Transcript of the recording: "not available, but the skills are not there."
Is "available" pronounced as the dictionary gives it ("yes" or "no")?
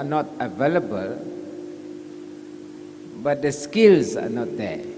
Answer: yes